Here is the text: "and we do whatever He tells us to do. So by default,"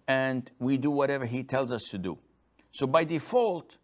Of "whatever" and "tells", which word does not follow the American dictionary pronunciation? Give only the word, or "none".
none